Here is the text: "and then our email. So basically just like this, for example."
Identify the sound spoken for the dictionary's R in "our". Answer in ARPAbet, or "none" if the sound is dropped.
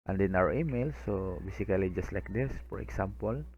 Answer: W